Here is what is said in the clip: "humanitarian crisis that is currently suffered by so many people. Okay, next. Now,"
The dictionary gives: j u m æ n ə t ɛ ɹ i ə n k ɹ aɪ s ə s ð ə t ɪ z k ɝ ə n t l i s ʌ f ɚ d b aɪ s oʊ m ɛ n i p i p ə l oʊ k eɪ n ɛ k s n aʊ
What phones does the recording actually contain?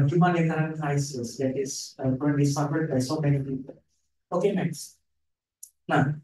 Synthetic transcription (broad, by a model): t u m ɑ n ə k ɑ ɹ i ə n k aɪ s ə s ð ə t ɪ s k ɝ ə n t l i s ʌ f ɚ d b aɪ s oʊ m ɛ n i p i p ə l oʊ k eɪ n ɛ k s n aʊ